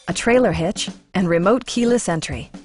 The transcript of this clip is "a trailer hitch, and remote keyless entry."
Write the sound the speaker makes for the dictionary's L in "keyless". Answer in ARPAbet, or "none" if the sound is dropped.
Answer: L